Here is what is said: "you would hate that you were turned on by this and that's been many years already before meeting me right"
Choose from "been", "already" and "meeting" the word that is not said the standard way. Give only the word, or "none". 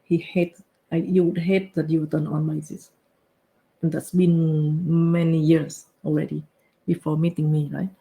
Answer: none